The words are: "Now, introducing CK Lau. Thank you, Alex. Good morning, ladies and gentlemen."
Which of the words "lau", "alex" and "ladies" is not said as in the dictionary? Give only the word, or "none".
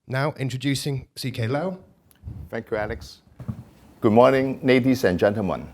ladies